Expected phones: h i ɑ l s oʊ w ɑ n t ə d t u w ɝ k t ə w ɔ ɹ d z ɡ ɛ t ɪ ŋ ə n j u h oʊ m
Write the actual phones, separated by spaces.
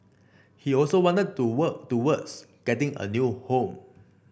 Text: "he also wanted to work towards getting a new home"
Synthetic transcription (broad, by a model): h i ɑ l s oʊ w ɑ n t ə d t u w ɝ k t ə w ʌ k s ɡ ɛ t ɪ ŋ ə n j u h oʊ m